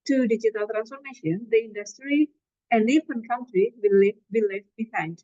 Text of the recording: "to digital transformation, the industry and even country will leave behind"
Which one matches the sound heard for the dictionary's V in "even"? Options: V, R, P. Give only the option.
P